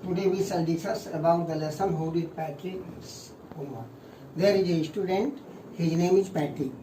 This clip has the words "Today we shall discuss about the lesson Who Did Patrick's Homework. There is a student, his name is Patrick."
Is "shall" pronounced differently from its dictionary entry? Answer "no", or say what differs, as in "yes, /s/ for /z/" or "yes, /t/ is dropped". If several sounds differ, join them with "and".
yes, /s/ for /ʃ/